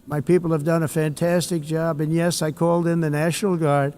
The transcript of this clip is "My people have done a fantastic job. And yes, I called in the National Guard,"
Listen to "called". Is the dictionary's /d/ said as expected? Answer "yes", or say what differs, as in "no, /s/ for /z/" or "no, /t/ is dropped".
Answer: yes